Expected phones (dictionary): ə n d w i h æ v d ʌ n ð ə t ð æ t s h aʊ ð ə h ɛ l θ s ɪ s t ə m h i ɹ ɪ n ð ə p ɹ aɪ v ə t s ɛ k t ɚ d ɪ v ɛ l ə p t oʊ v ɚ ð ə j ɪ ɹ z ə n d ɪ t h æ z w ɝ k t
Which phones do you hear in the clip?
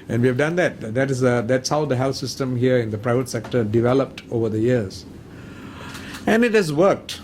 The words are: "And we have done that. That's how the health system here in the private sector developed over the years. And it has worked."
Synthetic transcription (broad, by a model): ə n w i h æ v d ʌ n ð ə t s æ t s h aʊ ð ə h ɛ l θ s ɪ s t ə m h i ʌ ɪ n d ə p ɹ aɪ v ə t s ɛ k t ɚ d ɪ v ɛ l ə p t oʊ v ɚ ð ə j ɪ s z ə n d ɪ t h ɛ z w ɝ k t